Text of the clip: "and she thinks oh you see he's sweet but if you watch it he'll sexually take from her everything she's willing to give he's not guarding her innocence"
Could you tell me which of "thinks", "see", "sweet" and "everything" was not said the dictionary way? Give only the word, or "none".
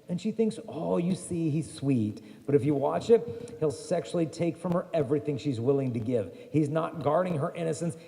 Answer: none